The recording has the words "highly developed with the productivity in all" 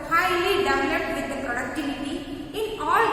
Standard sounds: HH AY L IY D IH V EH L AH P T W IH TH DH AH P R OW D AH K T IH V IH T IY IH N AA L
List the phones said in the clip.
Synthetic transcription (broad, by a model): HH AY L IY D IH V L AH T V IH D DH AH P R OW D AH K T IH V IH T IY IH N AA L